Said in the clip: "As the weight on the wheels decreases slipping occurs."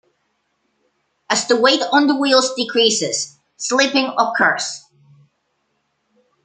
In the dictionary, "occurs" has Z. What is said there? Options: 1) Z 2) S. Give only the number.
2